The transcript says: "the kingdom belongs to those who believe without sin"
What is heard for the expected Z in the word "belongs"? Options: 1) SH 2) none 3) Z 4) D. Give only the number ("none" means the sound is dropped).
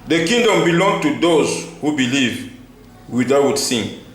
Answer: 2